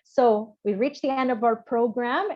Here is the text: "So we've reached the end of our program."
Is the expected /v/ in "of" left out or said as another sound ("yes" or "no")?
no